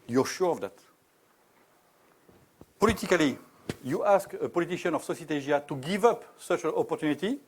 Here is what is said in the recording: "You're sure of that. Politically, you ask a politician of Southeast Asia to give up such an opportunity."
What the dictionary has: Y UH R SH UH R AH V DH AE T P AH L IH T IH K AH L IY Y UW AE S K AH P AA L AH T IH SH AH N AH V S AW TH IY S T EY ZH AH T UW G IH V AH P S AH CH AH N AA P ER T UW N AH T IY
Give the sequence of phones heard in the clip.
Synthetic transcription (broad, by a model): Y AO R SH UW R AH V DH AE T P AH L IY T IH K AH L IY Y UW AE S K AH P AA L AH T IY SH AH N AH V S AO S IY T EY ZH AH T UW G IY V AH P S AH CH AH N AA P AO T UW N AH T IY